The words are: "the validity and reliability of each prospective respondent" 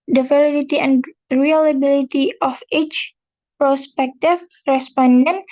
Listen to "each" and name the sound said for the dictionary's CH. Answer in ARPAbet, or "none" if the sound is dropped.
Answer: CH